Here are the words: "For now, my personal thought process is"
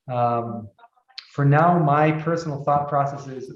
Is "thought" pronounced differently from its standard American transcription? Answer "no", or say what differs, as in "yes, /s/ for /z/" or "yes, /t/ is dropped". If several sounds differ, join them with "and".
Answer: no